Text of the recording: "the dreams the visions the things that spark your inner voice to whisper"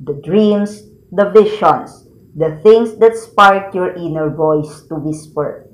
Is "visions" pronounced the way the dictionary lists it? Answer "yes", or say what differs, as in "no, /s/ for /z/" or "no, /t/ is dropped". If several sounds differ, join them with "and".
no, /ʃ/ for /ʒ/